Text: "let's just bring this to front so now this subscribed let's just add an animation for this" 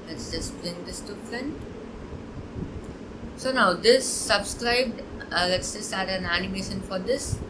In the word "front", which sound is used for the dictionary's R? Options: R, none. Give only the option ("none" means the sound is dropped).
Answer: none